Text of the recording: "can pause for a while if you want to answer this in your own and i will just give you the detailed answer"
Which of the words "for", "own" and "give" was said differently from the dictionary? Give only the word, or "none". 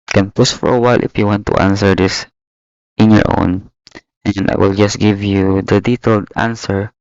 none